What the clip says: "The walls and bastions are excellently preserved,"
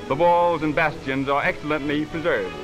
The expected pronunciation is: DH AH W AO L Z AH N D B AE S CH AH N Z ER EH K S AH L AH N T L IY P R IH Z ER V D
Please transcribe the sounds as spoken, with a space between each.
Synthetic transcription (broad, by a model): DH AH W AO L Z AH N B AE S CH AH N Z ER EH K S AH L AH N T L IY P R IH Z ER V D